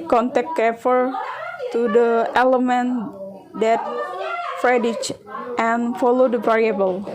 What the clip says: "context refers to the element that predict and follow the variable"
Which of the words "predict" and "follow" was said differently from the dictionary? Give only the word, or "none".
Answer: predict